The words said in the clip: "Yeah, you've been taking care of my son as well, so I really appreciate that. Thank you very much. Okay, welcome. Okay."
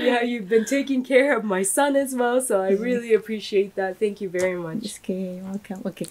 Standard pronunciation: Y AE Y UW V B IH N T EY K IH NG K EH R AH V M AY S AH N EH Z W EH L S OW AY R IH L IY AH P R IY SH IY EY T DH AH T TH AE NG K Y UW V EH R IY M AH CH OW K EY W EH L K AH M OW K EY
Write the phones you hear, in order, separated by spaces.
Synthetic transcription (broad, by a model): Y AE Y UW V B IH N T EY K IH NG K EH R AH V M AY S AH N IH Z W EH L S OW AY R IH L IY AH P R IY SH IY EY T DH AH T TH AE NG K Y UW V EH R IY M AH CH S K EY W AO K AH OW K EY